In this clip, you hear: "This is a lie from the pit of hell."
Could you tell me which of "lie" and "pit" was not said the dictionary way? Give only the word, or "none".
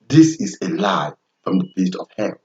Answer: pit